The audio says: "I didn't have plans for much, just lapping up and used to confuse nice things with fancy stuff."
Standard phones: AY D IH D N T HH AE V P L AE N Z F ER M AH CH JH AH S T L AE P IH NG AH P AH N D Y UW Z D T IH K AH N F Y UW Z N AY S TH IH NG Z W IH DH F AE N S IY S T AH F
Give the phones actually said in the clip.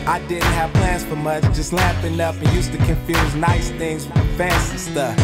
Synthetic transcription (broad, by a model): AY D IH D N T HH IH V P L AE N Z F ER M AH CH JH AH S T L AE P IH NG AH P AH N Y UW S T IH K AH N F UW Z N AY S TH IH NG Z W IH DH F AE N S IY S T AH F